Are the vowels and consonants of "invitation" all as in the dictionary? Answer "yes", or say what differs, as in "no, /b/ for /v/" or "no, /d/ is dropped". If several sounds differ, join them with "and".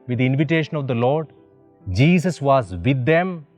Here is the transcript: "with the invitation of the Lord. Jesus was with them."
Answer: yes